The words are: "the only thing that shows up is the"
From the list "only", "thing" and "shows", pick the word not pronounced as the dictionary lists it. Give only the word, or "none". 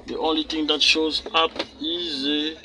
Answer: thing